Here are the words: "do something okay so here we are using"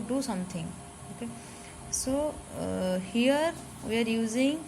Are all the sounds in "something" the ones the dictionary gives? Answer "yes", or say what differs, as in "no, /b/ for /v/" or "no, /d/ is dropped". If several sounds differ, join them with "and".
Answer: no, /t/ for /θ/